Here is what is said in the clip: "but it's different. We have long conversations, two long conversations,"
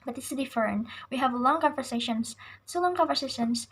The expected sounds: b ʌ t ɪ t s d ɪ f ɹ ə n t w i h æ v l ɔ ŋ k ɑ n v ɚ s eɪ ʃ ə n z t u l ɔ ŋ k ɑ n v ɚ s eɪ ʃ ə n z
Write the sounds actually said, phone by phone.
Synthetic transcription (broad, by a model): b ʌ t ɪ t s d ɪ f ə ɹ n w i h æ v l ɔ ŋ k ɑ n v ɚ s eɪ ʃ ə n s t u l ɔ ŋ k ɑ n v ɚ s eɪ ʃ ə n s